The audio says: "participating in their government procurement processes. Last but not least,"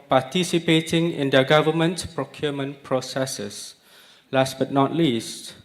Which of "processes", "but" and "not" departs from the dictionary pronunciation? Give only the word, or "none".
processes